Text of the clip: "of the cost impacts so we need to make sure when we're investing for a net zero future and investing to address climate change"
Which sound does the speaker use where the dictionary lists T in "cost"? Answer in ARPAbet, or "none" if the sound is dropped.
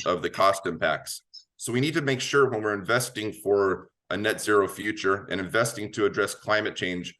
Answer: T